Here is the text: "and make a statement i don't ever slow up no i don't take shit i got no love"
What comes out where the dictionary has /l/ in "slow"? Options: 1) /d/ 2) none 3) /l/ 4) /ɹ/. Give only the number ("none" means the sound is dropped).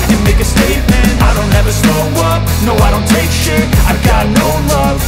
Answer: 2